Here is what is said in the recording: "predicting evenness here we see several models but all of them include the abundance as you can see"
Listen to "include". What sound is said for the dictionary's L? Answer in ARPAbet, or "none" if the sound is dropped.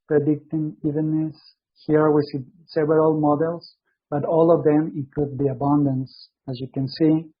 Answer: none